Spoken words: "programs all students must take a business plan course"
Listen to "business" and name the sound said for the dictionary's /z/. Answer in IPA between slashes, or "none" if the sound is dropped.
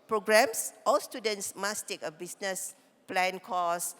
/s/